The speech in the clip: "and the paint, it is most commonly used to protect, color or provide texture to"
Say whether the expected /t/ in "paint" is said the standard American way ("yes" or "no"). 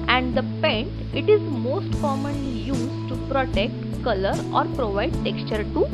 no